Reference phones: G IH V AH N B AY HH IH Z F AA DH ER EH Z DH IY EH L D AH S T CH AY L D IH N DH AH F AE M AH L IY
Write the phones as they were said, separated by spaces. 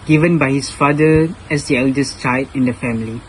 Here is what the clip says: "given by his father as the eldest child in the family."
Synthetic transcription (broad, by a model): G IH V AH N B AY HH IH S F AA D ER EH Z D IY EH L D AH S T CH AY D IH N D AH F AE M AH L IY